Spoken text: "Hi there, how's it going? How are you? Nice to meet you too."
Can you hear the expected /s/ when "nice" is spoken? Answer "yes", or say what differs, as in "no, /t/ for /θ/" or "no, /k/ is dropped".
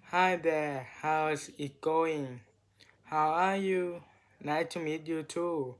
no, /s/ is dropped